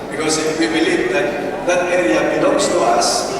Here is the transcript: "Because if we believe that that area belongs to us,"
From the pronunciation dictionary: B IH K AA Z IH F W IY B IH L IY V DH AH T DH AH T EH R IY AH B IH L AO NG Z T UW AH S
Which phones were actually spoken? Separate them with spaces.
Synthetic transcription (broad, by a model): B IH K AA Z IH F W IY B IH L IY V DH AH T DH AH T EH R IY AH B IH N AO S T UW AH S